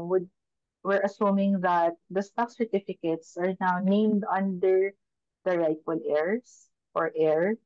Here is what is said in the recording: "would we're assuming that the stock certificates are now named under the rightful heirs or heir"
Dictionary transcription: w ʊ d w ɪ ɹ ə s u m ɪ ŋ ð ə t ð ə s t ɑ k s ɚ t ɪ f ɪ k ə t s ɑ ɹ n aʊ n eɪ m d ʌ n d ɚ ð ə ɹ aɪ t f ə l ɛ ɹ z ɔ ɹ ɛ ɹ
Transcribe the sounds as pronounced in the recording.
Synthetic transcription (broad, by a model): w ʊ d w ɪ ɹ ə s u m ɪ ŋ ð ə t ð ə s t ɑ k s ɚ t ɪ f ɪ k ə t s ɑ ɹ n aʊ n eɪ m d ʌ n d ɚ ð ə ɹ aɪ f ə l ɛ ɹ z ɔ ɹ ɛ ɹ